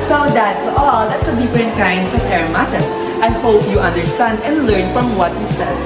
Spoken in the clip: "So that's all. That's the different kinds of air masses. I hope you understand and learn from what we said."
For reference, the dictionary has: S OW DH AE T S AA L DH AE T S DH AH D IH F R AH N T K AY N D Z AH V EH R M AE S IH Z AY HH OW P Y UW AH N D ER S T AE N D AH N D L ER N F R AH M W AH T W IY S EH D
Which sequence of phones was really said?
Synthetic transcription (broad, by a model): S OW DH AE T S AA L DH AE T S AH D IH F R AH N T K AY N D S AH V EH R M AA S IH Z AY HH OW P Y UW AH N D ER S T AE N D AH N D L ER N F R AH M W AH T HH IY S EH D